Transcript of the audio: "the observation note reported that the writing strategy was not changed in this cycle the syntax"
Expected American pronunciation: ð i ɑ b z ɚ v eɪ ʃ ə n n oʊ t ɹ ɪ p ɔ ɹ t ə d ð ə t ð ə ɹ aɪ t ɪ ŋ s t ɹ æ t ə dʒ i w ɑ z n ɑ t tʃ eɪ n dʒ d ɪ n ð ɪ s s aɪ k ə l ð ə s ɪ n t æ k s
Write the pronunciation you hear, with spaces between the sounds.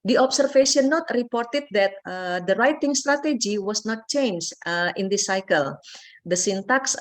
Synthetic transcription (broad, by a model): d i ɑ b s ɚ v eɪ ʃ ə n n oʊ t ɹ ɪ p ɔ ɹ t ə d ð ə t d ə ɹ aɪ t ɪ ŋ s t ɹ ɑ t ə dʒ i w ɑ s n ɑ t tʃ eɪ n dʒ ɪ n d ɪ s s aɪ k ə l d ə s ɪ n t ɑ k s